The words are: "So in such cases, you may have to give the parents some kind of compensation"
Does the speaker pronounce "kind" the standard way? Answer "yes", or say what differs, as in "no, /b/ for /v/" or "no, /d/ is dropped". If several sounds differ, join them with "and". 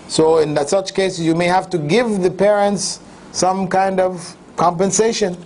yes